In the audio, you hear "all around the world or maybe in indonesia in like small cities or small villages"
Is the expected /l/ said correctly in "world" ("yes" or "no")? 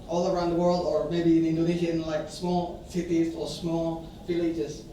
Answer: yes